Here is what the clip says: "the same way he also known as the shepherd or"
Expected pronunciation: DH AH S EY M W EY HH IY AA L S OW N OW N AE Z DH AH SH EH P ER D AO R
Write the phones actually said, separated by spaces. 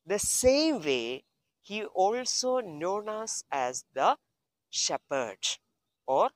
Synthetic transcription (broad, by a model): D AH S EY M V EY HH IY AA L S OW N OW N AE Z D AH SH EH P ER D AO R